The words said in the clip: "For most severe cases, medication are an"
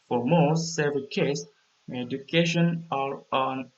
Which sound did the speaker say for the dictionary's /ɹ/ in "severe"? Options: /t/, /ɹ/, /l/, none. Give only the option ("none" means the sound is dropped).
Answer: /l/